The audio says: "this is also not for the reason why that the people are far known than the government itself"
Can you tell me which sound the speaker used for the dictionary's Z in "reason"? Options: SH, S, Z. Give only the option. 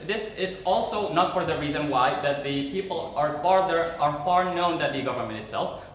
Z